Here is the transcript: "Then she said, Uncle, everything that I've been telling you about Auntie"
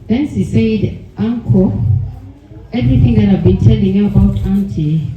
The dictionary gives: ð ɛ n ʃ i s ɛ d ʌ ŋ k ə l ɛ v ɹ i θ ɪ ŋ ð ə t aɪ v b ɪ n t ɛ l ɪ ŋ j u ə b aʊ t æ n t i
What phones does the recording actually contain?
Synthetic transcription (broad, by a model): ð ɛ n s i s ɛ d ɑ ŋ k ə ɛ v ɹ i θ ɪ ŋ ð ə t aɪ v b ɪ n t ɛ l ɪ ŋ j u ə b aʊ t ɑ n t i